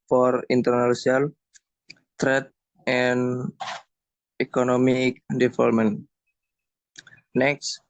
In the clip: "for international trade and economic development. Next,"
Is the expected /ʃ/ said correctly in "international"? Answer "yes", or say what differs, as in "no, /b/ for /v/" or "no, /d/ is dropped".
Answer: no, /s/ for /ʃ/